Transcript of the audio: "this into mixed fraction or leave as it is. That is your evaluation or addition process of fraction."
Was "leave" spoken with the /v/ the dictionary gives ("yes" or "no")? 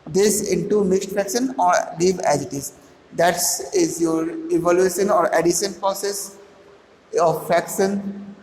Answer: no